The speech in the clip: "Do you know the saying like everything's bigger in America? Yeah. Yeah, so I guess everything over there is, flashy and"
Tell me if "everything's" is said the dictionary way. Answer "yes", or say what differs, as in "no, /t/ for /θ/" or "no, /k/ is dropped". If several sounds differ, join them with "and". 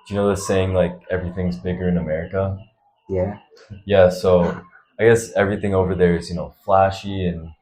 yes